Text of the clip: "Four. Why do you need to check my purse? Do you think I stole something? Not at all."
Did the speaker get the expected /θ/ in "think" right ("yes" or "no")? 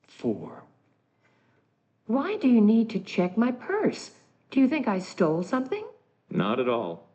yes